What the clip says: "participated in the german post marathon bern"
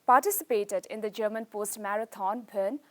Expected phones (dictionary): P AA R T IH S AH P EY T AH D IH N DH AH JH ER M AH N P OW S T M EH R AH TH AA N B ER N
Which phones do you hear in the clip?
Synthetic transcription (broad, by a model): P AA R T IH S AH P EY T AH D IH N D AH JH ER M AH N P OW S T M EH R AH T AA N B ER N